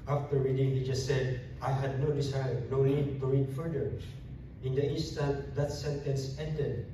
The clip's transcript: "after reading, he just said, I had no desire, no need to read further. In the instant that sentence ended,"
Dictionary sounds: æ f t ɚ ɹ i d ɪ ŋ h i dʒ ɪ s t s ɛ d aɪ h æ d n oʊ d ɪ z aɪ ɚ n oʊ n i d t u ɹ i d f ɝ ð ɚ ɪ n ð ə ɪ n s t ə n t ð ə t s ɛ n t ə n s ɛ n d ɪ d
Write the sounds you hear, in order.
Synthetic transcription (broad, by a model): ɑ f t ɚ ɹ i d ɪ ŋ h i dʒ ɪ s t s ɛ d aɪ h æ d n oʊ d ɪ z aɪ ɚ n oʊ l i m t u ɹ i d f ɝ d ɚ ɪ n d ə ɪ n s t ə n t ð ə t s ɛ n t ə n s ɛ n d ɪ d